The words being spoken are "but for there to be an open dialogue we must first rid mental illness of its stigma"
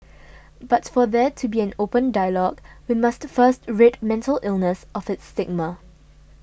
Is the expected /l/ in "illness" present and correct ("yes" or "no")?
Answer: yes